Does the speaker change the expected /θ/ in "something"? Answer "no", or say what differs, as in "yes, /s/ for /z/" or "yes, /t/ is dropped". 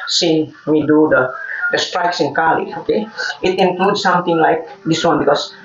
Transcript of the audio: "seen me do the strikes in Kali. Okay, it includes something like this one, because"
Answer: yes, /t/ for /θ/